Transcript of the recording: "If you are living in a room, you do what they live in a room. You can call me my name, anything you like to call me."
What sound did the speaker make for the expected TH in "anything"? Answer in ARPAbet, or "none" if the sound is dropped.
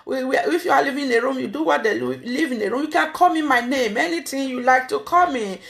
T